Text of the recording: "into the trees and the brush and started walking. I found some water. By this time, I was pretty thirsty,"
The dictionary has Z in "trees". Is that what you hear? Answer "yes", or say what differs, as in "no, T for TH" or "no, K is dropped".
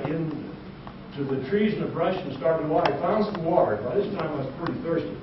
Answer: yes